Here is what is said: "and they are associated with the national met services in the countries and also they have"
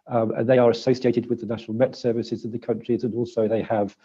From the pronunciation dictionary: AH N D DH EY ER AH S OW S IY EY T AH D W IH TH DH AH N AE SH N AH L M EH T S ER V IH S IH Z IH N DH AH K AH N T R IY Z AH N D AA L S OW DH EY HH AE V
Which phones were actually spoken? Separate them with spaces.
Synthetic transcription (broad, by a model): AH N DH EY ER AH S OW S IY EY T AH D W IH DH AH N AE SH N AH L M EH T S ER V IH S IH Z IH N DH AH K AH N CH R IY Z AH N AA L S OW DH EY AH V